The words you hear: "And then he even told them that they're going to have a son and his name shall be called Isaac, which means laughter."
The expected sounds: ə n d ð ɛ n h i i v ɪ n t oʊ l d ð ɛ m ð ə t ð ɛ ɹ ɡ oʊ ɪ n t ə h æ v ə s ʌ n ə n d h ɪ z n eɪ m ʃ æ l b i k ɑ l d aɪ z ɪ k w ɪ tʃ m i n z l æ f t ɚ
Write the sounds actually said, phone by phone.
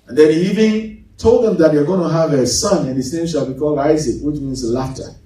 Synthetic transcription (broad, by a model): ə n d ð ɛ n h i i v ɪ n t oʊ l d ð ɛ m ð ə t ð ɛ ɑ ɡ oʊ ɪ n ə h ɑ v ə s ʌ n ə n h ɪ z n eɪ m ʃ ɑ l b i k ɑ l aɪ z ɪ k w ɪ tʃ m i n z l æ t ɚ